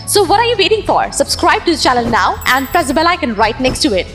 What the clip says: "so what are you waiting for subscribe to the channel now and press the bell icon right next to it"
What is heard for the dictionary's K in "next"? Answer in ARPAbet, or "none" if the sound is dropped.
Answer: K